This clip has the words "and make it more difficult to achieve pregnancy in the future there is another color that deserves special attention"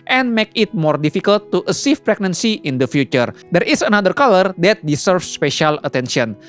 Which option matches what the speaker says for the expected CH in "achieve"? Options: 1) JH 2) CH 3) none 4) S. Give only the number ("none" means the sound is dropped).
4